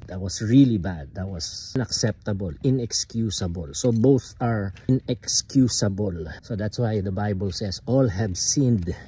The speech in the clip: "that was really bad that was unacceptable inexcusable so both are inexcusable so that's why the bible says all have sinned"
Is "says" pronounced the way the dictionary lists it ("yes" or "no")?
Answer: no